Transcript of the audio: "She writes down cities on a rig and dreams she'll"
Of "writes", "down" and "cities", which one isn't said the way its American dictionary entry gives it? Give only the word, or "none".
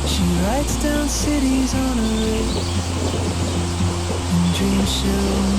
none